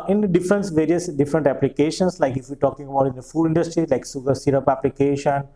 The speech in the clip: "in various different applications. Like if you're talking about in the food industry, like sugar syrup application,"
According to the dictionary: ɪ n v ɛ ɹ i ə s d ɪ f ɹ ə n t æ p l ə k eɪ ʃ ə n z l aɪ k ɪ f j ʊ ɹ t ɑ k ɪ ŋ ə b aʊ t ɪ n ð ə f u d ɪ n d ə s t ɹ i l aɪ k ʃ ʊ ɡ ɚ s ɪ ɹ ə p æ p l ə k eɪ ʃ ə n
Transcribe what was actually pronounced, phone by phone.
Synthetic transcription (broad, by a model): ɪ n v ɛ ɹ i ə s d ɪ f ɹ ə n t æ p l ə k eɪ ʃ ə n s l aɪ k ɪ f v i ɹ t ɑ k ɪ ŋ ə b aʊ t ɪ n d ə f u d ɪ n d ə s t ɹ i l aɪ k s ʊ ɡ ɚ s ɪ ɹ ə p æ p l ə k eɪ ʃ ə n